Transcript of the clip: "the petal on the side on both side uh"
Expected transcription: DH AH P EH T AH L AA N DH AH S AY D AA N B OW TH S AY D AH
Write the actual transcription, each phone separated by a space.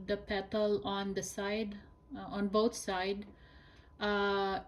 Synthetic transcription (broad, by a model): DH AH P EH T AH L AA N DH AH S AY D AA N B OW T S AY D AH